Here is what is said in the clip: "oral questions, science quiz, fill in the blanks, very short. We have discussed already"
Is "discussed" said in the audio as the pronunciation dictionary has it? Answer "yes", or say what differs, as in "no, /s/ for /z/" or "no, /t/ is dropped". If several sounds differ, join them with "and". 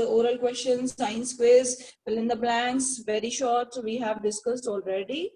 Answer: yes